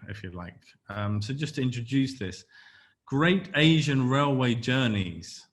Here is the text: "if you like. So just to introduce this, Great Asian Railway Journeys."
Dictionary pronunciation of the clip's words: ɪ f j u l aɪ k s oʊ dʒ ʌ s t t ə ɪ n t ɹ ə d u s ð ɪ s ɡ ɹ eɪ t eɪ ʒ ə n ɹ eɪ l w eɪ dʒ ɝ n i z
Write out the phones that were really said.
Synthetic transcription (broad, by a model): ɪ f j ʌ l aɪ k s oʊ dʒ ʌ s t t ə ɪ n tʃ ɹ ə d u s ð ɪ s ɡ ɹ eɪ t eɪ ʒ ə n ɹ eɪ l w eɪ dʒ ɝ n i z